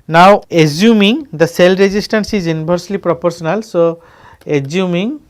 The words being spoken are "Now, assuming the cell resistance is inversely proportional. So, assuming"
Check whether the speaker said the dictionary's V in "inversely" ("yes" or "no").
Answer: no